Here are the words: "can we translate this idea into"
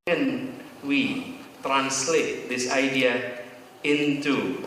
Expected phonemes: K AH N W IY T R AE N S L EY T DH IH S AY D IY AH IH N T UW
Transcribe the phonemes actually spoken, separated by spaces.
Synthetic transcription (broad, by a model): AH N W IY T R AE N S L EY T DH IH S AY D IY AH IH N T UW